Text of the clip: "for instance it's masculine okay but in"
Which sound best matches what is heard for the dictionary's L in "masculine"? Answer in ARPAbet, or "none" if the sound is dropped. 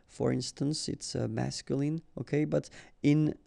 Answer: L